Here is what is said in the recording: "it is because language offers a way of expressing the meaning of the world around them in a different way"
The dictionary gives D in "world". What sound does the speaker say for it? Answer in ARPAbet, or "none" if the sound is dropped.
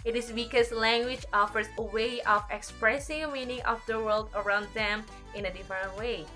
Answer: D